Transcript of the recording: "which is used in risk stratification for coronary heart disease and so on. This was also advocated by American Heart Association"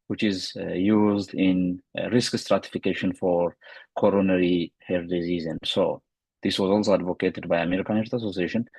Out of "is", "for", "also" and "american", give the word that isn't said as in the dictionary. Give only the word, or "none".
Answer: none